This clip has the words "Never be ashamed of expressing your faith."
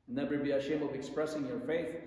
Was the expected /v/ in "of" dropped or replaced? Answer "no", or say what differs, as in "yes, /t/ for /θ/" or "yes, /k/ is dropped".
no